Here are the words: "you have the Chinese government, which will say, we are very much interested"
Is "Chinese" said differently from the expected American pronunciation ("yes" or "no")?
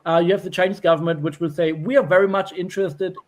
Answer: no